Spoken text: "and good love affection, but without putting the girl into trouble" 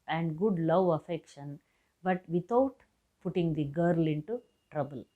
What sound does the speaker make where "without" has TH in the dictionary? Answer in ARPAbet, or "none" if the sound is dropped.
T